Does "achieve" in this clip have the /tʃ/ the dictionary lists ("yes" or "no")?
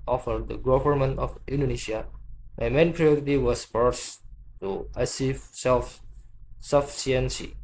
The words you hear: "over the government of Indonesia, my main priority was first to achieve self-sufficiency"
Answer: no